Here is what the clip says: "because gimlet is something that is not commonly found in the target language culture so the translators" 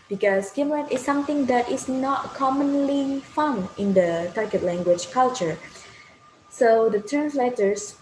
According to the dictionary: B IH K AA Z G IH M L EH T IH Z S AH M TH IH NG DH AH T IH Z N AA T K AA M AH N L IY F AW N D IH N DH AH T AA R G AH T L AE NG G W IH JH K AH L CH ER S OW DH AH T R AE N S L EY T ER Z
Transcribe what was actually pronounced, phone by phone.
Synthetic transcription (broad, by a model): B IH K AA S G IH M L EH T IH S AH M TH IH NG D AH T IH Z N AA T K AA M AH N L IY F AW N IH N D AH T AA R G AH T L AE NG G W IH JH K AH L CH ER S OW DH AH T R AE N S L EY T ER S